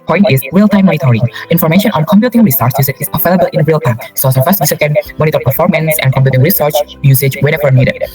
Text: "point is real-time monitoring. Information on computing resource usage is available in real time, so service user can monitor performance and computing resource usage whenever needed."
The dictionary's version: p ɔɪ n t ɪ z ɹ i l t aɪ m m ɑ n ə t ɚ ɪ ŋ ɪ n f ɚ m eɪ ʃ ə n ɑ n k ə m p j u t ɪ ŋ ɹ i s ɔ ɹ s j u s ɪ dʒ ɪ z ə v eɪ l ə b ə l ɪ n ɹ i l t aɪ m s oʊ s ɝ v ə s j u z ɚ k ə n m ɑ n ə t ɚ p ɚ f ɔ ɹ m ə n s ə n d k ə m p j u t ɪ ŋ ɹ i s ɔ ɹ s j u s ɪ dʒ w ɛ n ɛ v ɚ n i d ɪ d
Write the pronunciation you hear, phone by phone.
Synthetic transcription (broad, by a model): p ɔɪ n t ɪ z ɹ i l t aɪ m m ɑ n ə t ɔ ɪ ŋ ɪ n f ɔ m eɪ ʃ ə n ɑ n k ə m p j u t ɪ ŋ ɹ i s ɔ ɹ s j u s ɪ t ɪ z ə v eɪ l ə b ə l ɪ n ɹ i l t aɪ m s oʊ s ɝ f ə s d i s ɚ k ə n m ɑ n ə t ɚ p ɚ f ɔ ɹ m ə n s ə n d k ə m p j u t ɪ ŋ ɹ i s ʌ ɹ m j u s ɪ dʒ w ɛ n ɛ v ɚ n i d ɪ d